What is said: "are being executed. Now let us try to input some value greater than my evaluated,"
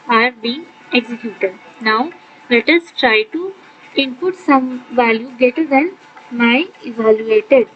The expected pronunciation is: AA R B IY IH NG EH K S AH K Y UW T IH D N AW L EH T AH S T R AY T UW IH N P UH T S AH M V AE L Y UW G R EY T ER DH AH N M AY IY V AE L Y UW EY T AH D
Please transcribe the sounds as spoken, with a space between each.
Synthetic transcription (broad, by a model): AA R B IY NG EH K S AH K Y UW T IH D N AW L EH T AH S T R AY T UW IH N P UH T S AH M V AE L Y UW G EY T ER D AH N M AY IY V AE L Y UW EY T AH D